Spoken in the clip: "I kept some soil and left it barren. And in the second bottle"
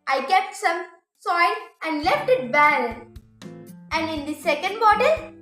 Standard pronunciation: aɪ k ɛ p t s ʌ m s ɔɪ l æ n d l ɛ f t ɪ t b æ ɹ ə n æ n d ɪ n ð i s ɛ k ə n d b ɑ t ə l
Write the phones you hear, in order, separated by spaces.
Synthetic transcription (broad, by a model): aɪ k ɛ p t s ʌ m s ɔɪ n æ n d l ɛ f t ɪ t b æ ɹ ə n æ n d ɪ n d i s ɛ k ə n d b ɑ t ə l